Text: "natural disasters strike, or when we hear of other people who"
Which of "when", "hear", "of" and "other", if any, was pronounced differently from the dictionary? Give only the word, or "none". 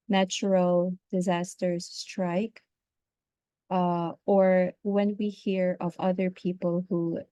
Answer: none